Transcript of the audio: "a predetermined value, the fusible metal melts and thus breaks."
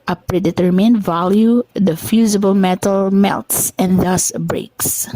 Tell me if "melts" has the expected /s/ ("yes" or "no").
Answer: yes